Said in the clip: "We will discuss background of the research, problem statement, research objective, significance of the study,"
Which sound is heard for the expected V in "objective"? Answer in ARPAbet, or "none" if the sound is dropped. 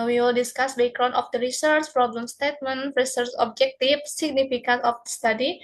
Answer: F